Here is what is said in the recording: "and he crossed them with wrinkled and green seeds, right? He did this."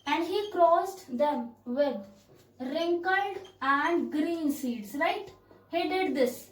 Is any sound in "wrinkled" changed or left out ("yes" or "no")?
no